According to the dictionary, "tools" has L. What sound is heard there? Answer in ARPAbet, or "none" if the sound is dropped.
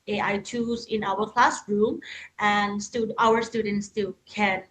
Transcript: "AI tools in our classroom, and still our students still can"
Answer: none